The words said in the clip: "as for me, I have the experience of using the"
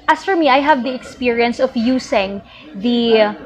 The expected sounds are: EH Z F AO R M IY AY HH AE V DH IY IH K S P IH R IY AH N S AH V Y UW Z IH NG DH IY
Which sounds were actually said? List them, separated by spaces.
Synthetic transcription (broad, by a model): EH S F AO R M IY AY HH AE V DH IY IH K S P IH R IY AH N S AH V Y UW S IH NG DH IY